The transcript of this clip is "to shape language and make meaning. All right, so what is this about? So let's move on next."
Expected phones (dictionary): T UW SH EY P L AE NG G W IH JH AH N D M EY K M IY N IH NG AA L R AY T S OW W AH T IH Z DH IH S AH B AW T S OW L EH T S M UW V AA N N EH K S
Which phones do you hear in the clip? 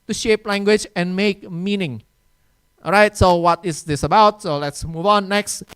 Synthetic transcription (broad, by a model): T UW SH EY P L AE NG G W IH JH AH N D M EY K M IY N IH NG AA R AY T S OW W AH T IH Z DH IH S AH B AW T S OW L EH T S M UW V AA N N EH K S